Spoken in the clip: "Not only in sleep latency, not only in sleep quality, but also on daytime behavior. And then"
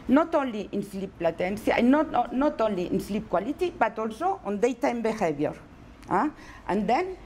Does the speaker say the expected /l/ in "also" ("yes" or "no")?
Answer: yes